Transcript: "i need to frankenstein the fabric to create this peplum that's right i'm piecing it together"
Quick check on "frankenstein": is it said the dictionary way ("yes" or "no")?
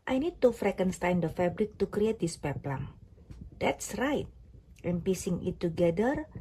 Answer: no